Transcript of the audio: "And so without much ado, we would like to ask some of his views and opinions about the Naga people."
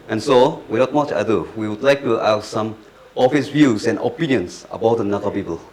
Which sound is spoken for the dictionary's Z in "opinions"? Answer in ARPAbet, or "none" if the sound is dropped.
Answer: S